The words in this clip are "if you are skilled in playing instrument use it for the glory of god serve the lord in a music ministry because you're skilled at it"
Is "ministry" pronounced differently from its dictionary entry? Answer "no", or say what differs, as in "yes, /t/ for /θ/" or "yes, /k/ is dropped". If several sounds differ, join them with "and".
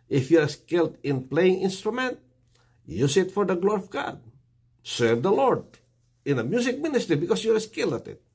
no